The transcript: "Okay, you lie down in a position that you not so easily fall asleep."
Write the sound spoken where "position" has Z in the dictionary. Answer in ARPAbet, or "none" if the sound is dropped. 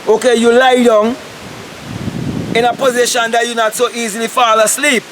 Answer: Z